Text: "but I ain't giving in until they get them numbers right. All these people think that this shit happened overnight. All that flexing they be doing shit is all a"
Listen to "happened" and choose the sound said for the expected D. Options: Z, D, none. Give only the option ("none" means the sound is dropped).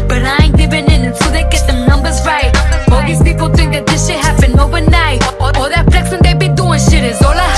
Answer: none